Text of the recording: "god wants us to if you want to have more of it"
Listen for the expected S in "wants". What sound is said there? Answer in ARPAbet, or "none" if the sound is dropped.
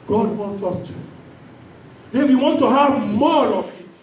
none